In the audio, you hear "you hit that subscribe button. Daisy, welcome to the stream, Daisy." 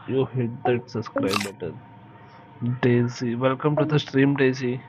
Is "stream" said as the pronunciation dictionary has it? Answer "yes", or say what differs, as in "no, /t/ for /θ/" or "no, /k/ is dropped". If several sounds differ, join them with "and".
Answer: yes